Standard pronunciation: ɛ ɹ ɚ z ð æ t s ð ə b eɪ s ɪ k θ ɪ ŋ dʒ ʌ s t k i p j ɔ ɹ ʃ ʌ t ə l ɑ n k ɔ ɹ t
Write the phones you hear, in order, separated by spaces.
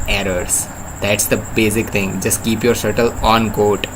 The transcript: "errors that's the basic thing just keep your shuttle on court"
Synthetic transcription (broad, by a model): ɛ ɹ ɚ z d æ t s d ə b eɪ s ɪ k t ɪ ŋ dʒ ʌ s t k i p j ɔ ɹ s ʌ t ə l ɑ n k ɔ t